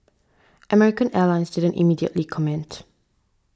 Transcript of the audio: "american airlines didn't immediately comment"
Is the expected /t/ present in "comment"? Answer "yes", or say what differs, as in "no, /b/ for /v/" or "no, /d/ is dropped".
yes